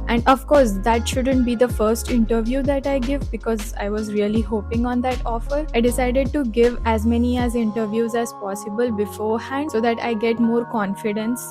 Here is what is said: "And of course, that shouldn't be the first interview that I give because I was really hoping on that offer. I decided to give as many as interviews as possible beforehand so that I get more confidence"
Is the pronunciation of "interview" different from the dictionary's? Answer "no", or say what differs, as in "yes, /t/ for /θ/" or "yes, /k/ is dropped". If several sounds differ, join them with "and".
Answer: no